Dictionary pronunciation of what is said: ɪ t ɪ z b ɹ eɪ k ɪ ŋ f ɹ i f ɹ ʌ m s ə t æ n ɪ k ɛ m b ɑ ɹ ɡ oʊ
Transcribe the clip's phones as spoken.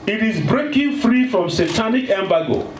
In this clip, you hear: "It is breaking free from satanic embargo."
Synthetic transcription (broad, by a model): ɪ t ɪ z b ɹ eɪ k ɪ ŋ f ɹ i f ɹ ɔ m s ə t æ n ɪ k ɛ m b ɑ ɡ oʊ